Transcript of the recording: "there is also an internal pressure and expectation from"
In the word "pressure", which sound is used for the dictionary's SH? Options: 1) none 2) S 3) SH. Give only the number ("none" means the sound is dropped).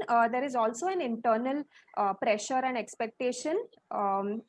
3